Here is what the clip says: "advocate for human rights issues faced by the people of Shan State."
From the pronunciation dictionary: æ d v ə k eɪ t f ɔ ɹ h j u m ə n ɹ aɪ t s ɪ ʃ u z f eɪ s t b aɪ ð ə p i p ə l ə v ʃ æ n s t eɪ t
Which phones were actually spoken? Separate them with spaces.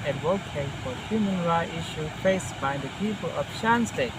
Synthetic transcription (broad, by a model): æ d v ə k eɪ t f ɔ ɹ h j u m ə n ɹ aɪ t ɪ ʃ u f eɪ s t b aɪ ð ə p i p ə l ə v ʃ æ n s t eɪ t